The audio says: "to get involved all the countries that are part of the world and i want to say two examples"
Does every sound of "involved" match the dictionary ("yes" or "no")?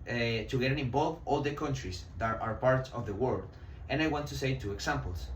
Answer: no